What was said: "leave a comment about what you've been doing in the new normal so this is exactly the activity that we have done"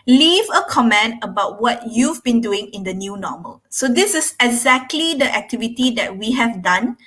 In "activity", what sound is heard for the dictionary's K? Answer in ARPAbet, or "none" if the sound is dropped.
K